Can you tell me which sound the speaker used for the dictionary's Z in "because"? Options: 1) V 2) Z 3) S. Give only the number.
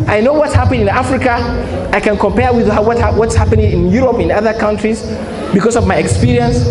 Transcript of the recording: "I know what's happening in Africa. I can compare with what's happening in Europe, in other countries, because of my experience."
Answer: 3